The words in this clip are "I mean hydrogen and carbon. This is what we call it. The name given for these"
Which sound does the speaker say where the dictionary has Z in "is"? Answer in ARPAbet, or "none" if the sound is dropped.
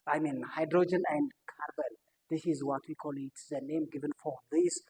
Z